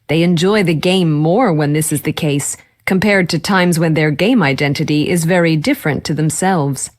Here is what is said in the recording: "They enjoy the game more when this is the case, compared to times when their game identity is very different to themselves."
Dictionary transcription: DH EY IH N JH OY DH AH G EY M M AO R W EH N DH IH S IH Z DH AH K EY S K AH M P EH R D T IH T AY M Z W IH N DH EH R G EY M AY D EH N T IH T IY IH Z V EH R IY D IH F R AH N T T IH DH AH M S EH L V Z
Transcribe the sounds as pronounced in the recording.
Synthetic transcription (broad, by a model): DH EY IH N JH OY DH AH G EY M M AO R W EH N DH IH S IH Z DH AH K EY S K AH M P EH R D T IH T AY M Z W IH N DH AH R G EY M AY D EH N T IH T IY IH Z V EH R IY D IH F R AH N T T IH DH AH M S EH L V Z